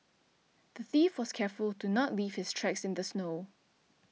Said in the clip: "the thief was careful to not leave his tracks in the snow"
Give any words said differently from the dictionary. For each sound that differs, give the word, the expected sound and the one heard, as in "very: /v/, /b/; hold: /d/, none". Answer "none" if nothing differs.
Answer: his: /z/, /s/